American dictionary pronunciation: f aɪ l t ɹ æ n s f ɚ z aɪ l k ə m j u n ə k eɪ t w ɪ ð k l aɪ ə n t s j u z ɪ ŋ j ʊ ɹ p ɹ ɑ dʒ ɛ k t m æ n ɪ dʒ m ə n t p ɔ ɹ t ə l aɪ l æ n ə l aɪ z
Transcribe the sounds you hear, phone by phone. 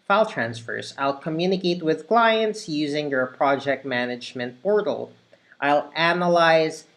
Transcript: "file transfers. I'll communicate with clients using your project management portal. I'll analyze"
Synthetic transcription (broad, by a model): f aɪ l t ɹ æ n s f ɚ z aɪ l k ə m j u n ə k eɪ t w ɪ ð k l aɪ ə n t s j u z ɪ ŋ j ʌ ɹ p ɹ ɑ dʒ ɛ k t m æ n ɪ dʒ m ə n t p ɔ ɹ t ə l aɪ l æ n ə l aɪ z